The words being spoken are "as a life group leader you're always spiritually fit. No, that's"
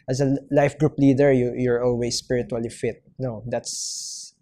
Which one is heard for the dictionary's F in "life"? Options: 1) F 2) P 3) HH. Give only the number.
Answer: 1